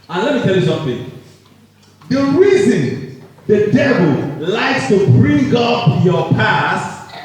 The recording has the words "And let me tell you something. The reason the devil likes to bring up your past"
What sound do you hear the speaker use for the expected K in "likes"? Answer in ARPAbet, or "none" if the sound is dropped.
K